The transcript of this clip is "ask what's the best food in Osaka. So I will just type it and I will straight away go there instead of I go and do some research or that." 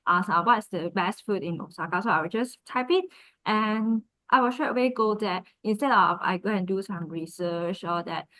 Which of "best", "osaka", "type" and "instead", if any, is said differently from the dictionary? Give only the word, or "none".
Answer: none